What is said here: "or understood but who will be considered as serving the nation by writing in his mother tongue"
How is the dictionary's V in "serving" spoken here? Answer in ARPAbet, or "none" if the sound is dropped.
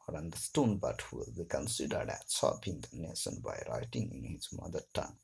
P